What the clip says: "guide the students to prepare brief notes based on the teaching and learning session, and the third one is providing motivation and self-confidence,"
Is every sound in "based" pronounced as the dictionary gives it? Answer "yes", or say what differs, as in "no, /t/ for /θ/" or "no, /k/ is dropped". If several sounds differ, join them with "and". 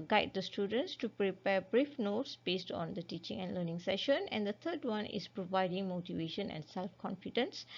yes